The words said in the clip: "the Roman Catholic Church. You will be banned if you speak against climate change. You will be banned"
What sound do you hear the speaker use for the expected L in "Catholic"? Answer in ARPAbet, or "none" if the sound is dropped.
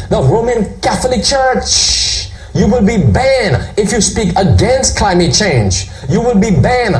L